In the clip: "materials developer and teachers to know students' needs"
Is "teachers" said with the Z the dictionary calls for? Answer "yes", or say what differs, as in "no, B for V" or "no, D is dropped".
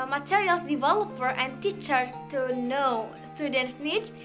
no, Z is dropped